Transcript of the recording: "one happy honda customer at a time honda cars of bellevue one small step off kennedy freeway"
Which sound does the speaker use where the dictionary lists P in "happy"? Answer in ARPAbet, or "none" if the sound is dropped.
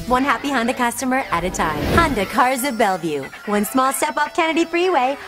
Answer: B